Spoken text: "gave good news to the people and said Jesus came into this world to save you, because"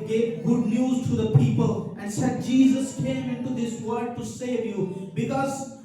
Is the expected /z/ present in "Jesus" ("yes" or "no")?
yes